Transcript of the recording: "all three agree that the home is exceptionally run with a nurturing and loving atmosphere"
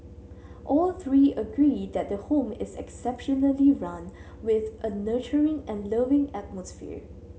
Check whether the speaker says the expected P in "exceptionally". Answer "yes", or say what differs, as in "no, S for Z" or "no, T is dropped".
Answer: yes